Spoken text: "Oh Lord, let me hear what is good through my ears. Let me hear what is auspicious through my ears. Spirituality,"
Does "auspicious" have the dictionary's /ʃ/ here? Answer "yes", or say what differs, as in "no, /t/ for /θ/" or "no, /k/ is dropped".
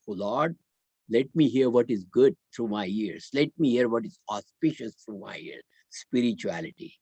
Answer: yes